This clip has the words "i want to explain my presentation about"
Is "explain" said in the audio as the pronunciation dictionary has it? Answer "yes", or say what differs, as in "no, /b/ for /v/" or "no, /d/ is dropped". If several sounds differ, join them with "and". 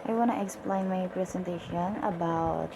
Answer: yes